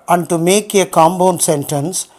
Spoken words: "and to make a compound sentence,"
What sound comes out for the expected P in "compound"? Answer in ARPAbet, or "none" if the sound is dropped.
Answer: B